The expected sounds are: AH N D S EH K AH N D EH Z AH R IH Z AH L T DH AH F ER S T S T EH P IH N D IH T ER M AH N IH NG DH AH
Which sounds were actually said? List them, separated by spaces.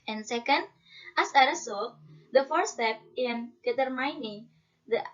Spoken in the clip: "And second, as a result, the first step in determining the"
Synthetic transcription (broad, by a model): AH N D S EH K AH N D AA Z AH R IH S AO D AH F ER T S T EH P IH N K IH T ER M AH N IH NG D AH